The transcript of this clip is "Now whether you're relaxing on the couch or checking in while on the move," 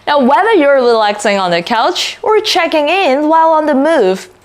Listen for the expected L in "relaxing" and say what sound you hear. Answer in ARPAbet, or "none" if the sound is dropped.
L